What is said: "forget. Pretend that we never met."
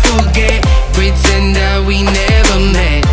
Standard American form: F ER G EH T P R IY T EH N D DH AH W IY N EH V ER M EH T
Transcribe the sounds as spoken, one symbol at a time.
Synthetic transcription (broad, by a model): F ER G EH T B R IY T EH N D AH W IY N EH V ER M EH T